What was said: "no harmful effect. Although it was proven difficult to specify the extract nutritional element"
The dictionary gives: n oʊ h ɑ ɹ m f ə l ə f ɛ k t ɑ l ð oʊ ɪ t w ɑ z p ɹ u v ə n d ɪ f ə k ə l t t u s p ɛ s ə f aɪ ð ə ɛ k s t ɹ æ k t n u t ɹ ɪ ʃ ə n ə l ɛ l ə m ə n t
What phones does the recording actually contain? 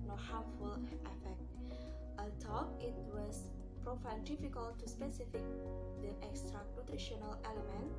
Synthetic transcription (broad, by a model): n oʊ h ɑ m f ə l ə f ɛ k t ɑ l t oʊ ɪ t w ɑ s p ɹ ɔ f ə l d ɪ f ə k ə l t t u s p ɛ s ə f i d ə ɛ k s t ɹ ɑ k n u t ɹ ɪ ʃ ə n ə l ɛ l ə m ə n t